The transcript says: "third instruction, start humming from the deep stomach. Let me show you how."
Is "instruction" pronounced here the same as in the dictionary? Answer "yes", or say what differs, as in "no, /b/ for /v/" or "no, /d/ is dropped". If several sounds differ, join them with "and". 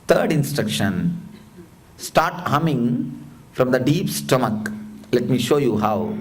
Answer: yes